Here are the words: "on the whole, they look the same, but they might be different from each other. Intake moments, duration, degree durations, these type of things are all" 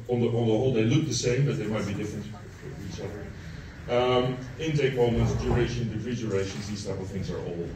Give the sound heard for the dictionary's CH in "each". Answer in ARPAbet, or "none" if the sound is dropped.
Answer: S